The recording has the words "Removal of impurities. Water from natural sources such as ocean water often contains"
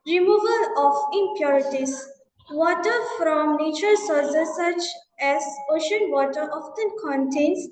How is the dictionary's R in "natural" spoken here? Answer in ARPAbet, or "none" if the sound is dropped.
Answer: none